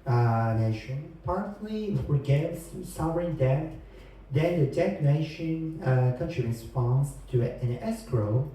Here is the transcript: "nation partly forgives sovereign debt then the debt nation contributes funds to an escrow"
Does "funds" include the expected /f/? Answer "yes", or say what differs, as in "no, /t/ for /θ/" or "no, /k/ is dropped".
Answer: no, /p/ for /f/